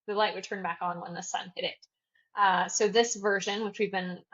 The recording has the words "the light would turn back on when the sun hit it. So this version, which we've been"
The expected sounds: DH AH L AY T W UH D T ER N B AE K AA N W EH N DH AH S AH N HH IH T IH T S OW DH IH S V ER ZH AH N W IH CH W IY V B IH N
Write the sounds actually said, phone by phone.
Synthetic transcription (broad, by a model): DH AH L AY T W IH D T ER N B AE K N W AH N DH AH S AH N HH IH T IH T S OW DH IH S V ER ZH AH N W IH CH W IY V B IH N